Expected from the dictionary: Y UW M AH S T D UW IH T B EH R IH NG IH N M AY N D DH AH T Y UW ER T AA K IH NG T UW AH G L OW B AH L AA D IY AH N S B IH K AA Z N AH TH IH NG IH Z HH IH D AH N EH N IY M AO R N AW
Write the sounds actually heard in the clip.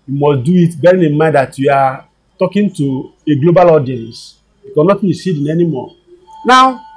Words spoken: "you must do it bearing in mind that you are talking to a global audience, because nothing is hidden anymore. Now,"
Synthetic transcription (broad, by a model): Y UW M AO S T D UW IH T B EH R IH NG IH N M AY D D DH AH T Y UW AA T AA K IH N T UW AH G L OW B AH L AA D IY AH N S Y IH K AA N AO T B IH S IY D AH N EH N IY M AO N AW